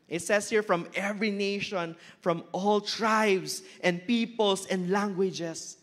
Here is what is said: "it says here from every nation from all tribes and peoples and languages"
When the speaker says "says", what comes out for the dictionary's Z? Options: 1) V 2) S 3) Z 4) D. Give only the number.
2